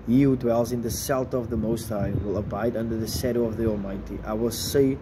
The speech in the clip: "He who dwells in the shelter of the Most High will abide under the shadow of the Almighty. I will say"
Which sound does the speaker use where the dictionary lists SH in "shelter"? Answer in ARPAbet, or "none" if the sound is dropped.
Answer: S